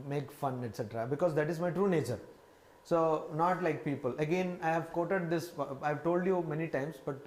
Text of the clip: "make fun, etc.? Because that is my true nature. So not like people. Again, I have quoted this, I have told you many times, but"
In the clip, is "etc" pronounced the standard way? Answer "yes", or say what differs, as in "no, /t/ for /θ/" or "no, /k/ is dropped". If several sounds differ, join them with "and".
yes